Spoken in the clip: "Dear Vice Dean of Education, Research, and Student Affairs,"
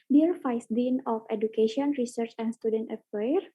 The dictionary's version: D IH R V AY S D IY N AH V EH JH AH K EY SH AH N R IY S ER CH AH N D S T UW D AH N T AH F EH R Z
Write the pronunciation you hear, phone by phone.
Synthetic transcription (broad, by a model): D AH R F AY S D IY N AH F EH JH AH K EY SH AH N R IY S ER CH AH N S T UW D AH N T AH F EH R